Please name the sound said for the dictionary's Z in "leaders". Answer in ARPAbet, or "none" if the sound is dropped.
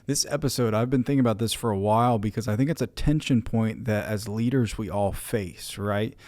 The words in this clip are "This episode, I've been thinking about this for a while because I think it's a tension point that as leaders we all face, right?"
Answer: Z